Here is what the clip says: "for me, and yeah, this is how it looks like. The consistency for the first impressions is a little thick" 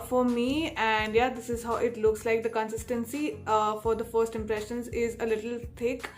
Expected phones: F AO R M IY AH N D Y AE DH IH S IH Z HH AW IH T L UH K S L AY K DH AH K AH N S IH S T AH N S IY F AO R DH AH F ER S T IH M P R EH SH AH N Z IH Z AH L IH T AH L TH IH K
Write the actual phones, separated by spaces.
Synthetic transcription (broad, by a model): F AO R M IY AH N D Y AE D IH S IH Z HH AW IH T L UH K S L AY K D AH K AH N S IH S T AH N S IY F AO R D AH F ER S T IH M P R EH SH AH N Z IH Z AH L IH T AH L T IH K